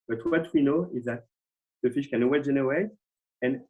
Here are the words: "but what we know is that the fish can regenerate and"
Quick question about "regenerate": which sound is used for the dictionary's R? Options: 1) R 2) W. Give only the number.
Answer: 2